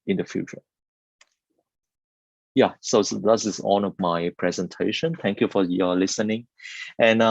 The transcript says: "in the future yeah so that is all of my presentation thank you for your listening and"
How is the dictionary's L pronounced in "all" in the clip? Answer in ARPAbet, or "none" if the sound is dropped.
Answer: N